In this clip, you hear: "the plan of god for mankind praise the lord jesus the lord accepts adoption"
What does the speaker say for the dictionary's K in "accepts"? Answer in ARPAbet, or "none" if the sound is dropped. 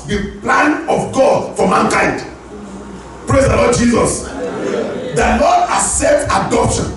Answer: none